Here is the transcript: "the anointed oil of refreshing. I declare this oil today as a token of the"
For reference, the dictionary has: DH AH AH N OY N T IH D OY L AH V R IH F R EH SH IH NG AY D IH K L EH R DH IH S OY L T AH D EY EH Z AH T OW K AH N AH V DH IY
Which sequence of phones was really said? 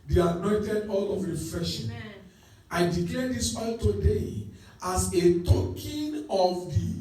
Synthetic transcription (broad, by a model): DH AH AH N OY N T IH D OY L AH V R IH F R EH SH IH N AY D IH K EH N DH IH S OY L T AH D EY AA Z AH T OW K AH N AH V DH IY